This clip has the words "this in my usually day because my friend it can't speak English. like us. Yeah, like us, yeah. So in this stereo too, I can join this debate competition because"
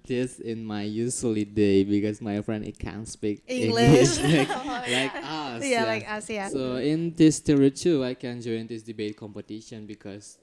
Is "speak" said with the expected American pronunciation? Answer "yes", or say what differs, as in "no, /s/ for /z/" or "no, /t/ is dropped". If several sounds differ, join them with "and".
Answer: yes